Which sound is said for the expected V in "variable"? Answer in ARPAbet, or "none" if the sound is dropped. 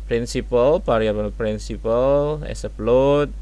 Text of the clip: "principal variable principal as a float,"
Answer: P